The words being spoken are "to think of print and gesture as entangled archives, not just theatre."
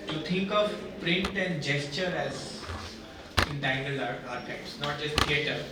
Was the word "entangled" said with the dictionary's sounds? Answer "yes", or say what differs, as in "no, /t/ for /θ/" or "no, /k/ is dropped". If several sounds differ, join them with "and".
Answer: no, /d/ is dropped